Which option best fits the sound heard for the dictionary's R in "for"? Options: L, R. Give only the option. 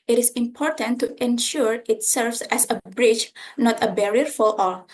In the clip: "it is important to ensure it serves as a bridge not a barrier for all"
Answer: L